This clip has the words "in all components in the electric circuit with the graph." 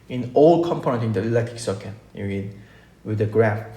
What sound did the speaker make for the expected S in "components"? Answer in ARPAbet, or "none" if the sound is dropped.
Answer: none